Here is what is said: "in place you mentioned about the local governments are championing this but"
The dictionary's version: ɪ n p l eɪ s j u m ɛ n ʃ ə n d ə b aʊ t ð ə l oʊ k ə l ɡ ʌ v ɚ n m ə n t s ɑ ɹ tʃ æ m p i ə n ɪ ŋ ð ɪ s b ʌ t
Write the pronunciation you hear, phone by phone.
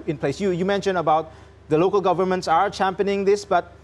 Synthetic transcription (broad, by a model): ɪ n p l eɪ s j u m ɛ n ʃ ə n ə b aʊ t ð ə l oʊ k ə l ɡ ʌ v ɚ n m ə n t s ɑ ɹ tʃ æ m p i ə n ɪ ŋ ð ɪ s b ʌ t